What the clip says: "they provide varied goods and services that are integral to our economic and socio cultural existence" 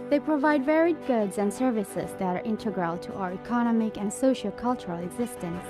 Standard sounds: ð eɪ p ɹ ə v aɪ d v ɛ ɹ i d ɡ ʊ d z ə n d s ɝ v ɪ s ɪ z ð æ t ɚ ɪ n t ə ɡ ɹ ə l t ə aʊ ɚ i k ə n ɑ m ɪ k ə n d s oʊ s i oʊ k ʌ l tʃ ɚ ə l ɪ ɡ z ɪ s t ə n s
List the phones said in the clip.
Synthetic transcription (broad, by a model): ð eɪ p ɹ ə v aɪ d v ɛ ɹ i d ɡ ʊ d z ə n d s ɝ v ɪ s ɪ z ð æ t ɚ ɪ n t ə ɡ ɹ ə l t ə aʊ ɚ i k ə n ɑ m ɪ k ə n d s oʊ ʃ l k ʌ l tʃ ɚ ə l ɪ ɡ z ɪ s t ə n s